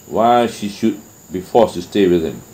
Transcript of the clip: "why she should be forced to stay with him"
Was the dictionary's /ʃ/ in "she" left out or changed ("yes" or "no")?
no